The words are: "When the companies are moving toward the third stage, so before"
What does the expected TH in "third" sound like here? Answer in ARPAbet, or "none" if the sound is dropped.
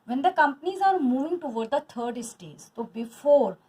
T